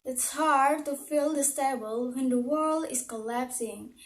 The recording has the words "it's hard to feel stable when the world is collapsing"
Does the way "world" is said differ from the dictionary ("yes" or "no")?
no